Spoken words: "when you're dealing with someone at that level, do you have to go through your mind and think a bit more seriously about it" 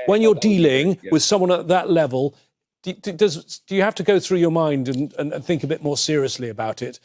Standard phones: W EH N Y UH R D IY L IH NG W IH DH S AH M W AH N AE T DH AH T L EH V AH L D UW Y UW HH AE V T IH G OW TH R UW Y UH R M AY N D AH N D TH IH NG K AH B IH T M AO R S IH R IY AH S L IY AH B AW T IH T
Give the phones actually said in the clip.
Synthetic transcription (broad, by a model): W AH N Y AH R D IY L IH NG W IH DH S AH M W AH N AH T DH AH T L EH V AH L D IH Y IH HH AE F T IH G OW TH R UW Y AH R M AY N D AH N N TH IH NG K AH B IH T M AO R S IH R IY AH S L IY AH B AW T IH T